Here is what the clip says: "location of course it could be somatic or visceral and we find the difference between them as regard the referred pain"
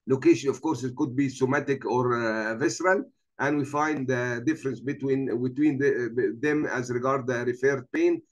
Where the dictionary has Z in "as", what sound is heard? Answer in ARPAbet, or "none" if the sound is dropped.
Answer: Z